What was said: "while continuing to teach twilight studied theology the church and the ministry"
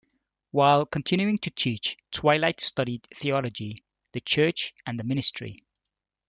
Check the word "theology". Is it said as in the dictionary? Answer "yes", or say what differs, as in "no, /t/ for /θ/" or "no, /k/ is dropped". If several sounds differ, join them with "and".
yes